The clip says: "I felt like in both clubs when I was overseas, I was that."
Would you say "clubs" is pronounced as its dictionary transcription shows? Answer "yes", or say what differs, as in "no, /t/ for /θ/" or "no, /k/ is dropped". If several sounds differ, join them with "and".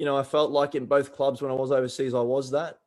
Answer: yes